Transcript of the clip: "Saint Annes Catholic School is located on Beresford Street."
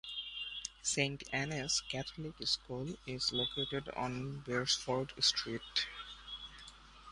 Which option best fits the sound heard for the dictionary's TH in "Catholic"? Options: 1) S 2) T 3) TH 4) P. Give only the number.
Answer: 2